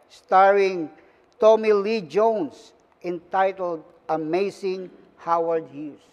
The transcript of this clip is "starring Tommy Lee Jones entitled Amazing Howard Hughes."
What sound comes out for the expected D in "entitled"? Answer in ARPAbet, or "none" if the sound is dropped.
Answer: D